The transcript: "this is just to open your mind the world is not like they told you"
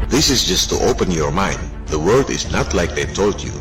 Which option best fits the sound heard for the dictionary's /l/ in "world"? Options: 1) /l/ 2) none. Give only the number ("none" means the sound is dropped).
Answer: 2